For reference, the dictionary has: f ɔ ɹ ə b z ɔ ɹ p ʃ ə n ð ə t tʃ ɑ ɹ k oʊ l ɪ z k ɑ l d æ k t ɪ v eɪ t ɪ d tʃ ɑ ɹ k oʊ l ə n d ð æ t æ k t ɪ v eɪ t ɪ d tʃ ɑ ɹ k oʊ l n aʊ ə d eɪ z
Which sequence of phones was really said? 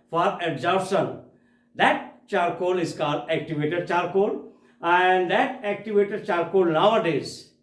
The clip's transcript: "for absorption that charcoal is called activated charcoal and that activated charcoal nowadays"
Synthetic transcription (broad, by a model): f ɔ ɹ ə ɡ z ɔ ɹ ʃ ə n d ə t tʃ ɑ ɹ k oʊ l ɪ z k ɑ d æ k t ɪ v eɪ t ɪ d tʃ ɑ ɹ k oʊ l ə n d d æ t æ k t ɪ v eɪ t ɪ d tʃ ɑ ɹ k oʊ l n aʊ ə d eɪ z